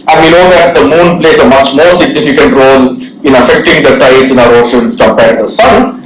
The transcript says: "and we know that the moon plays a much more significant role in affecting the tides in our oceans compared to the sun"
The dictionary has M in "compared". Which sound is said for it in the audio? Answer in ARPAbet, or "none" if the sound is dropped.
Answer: none